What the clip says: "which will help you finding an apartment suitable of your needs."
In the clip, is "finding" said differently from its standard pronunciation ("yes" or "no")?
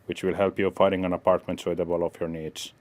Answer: yes